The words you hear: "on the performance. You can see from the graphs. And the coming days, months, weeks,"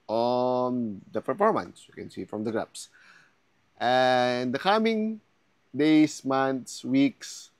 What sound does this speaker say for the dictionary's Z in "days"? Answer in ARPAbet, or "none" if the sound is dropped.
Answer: S